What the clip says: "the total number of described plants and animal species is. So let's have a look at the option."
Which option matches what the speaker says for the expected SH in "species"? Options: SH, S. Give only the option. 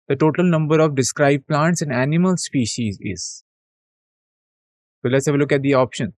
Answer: SH